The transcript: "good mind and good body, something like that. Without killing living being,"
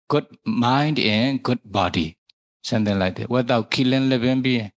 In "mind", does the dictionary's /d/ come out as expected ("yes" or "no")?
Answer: yes